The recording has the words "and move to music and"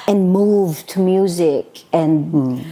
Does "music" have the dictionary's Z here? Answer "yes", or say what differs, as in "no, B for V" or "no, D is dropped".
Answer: yes